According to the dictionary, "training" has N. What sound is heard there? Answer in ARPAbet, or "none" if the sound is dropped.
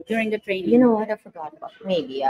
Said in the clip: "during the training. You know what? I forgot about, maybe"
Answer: none